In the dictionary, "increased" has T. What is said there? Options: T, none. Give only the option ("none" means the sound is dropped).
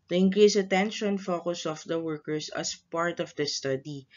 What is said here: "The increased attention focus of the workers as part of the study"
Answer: none